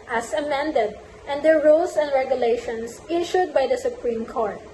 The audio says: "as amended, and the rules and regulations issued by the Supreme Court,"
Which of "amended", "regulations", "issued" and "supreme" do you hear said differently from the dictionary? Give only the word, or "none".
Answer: regulations